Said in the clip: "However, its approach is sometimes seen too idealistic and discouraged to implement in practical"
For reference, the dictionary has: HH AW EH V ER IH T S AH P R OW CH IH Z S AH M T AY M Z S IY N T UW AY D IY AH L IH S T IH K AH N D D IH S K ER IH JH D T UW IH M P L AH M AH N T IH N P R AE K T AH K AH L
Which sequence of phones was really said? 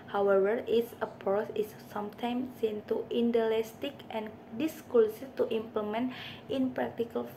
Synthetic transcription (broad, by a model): HH AW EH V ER IH T S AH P OW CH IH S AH M T AY M S IY N T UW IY D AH L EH S T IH K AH N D D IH S K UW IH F T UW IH M P L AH M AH N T IH N P R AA K T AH K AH L